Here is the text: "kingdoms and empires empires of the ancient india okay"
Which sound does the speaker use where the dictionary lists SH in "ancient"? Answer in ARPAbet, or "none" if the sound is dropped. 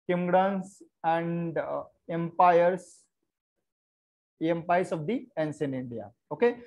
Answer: S